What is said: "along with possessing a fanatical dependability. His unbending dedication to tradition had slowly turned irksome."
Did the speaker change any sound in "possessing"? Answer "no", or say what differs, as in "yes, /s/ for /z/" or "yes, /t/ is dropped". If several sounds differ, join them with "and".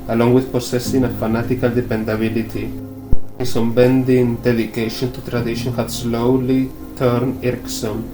yes, /s/ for /z/